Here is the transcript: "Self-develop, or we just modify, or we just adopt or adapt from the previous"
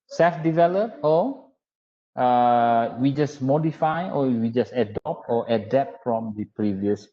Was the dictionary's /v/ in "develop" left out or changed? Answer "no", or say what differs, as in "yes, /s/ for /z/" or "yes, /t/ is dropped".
no